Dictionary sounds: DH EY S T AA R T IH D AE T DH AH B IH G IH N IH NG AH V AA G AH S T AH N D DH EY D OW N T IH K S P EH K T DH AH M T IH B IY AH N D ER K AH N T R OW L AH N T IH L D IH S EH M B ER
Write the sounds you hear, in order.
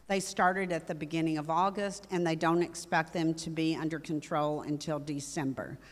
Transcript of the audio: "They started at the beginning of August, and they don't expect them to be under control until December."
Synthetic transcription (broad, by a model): DH EY S T AA R T IH D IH T DH AH B IH G IH N IH NG AH V AA G AH S T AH N DH EY D OW N T IH K S P EH K T DH AH M T IH B IY AH N D ER K AH N T R OW L AH N T IH L D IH S EH M B ER